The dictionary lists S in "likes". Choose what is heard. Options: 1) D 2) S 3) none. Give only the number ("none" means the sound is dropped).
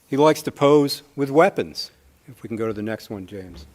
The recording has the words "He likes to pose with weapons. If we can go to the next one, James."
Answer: 2